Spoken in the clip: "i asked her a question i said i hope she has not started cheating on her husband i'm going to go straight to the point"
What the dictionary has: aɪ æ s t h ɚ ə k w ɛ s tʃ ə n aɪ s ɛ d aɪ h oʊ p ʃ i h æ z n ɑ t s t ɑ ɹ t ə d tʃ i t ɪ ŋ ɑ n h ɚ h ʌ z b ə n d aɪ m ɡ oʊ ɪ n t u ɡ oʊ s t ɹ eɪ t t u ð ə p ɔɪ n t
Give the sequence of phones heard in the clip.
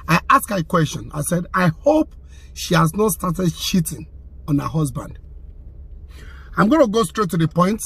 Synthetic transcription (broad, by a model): aɪ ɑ s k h ə k w ɛ s tʃ ə n aɪ s ɛ d aɪ h oʊ p ʃ i h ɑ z n ɑ t s t ɑ t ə d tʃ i t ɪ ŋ ɑ n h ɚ h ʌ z b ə n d aɪ m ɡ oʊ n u ɡ oʊ s t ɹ eɪ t t u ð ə p ɔɪ n t